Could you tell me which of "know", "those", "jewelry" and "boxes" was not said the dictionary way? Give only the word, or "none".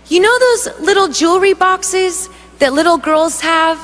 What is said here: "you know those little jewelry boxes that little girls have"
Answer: none